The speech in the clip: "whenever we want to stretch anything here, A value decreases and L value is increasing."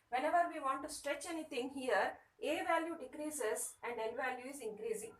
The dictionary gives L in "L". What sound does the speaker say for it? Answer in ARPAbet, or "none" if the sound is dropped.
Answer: N